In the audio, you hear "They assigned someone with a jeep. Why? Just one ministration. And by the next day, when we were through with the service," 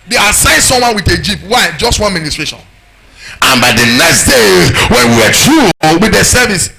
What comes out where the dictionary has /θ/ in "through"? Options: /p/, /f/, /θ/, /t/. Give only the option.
/t/